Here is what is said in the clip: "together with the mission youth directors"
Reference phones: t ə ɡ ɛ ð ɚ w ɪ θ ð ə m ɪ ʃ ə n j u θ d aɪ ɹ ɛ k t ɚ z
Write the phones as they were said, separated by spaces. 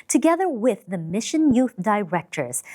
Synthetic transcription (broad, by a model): t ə ɡ ɛ ð ɚ w ɪ ð ə m ɪ ʃ ə n j u θ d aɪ ɹ ɛ k t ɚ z